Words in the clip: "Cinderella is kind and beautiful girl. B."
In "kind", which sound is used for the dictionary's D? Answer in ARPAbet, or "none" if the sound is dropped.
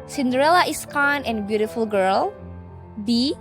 none